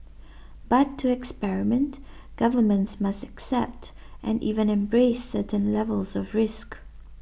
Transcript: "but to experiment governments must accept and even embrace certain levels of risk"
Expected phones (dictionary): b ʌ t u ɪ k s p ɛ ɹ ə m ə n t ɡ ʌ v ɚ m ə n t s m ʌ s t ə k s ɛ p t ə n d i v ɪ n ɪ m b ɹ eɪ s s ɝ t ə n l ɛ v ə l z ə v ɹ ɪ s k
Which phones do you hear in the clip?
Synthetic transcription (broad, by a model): b ʌ t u ɪ k s p ɛ ɹ ə m ə n t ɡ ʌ v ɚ m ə n t s m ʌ s t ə k s ɛ p t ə n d i v ɪ n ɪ m b ɹ eɪ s s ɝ t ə n l ɛ v ə l z ə v ɹ ɪ s k